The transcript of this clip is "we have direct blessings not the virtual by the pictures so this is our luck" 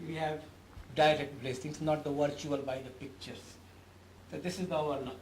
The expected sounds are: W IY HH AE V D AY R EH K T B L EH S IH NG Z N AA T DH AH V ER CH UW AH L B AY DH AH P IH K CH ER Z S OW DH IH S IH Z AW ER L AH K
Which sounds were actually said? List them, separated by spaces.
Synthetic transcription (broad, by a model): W IY HH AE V D AY R EH K T B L EH S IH NG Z N AA T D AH V ER CH UW AH L B AY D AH P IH K CH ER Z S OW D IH S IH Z AW ER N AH